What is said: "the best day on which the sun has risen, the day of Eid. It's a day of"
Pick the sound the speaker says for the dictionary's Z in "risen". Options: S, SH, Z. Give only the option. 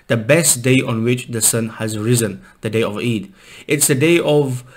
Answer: Z